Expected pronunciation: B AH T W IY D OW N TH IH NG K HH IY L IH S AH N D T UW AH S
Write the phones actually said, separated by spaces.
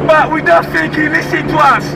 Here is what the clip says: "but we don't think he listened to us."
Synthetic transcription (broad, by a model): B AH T W IY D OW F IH K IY L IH S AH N T UW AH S